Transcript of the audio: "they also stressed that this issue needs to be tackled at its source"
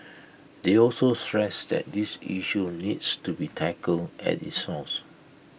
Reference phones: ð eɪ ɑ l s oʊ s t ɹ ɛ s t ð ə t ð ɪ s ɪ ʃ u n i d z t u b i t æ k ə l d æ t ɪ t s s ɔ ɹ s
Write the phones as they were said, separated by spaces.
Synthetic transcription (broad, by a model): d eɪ ɑ l s oʊ s t ɹ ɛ s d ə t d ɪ s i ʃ u n i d s t u b i t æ k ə l ɛ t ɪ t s s ɔ s